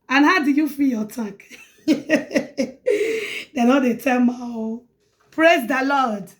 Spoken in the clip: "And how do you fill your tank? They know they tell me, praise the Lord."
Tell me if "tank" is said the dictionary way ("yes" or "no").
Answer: no